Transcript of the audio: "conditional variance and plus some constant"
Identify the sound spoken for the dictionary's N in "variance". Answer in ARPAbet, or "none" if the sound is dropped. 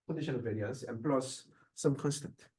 none